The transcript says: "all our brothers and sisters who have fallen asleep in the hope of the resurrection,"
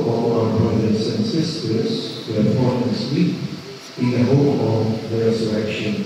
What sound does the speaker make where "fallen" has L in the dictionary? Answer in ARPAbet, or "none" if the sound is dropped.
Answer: none